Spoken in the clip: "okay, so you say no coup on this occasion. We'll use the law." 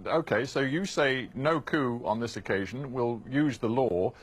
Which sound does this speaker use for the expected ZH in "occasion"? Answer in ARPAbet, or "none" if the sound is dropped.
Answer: ZH